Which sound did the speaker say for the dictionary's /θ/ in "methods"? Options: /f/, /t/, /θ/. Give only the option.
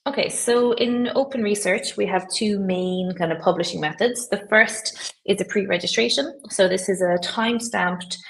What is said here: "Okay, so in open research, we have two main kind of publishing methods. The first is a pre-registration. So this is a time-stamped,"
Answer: /θ/